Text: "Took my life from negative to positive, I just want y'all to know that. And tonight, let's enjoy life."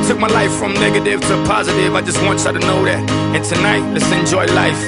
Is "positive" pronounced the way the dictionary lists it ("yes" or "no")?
yes